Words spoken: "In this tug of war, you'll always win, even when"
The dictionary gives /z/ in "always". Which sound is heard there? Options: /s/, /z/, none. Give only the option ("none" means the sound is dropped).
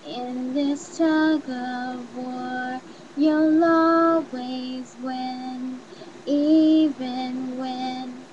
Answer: /z/